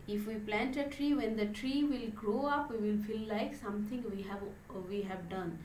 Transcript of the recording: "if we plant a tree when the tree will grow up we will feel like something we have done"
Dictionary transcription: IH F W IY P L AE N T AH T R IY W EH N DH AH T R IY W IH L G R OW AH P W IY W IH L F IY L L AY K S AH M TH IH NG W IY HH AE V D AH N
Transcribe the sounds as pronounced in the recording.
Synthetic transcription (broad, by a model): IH F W IY P L AE N T AH T R IY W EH N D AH T R IY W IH L G R OW AH P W IY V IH L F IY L L AY K S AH M T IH NG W IY HH AE V D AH N